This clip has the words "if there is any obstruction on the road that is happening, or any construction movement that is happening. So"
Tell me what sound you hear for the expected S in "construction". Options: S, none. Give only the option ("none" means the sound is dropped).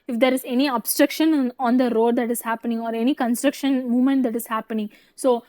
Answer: S